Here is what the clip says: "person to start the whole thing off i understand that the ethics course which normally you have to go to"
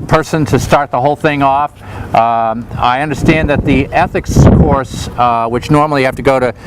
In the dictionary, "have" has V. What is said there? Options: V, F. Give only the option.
F